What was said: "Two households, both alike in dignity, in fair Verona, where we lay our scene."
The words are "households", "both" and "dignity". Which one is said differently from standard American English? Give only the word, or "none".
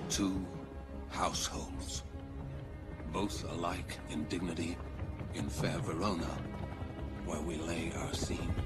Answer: none